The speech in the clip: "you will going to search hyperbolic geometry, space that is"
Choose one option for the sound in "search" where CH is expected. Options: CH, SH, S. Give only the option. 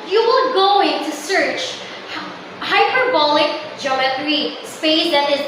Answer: CH